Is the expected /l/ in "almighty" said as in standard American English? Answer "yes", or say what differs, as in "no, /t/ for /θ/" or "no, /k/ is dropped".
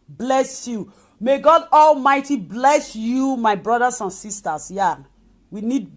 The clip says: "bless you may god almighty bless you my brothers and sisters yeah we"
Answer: yes